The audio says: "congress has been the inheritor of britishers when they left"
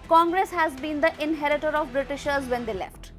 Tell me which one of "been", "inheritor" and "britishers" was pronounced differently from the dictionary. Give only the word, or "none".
none